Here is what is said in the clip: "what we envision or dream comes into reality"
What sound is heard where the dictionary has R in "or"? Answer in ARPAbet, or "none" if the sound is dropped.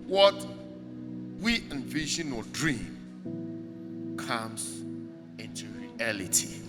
L